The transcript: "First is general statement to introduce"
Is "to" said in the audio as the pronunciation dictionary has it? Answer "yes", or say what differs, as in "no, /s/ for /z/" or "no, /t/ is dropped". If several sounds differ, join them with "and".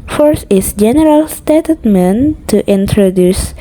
yes